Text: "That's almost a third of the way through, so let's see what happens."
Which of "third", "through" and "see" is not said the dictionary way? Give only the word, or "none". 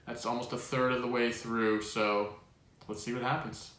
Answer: none